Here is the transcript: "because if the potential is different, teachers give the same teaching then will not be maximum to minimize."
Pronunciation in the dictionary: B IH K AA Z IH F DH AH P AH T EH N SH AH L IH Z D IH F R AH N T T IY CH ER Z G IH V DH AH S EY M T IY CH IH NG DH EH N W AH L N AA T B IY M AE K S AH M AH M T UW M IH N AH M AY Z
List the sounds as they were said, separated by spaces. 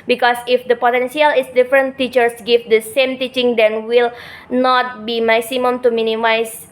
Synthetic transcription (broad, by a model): B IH K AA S IH F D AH P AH T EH N S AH L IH S D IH F R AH N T T IY CH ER S G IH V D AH S EY M T IY CH IH NG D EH N W AH L N AA T B IY M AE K S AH M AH M T UW M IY N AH M AY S